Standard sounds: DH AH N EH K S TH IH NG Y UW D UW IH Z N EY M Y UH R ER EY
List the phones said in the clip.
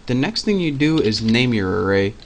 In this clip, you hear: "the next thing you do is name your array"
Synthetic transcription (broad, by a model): DH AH N EH K S TH IH NG Y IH D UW IH Z N EY M Y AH R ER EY